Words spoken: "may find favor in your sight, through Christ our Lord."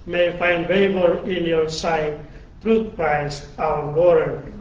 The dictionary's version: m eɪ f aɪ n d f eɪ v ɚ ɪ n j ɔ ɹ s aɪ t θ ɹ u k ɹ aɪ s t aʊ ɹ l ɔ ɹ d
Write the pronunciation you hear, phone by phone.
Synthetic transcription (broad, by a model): m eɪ f aɪ n d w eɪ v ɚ ɪ n j ɔ ɹ s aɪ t t ɹ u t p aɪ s aʊ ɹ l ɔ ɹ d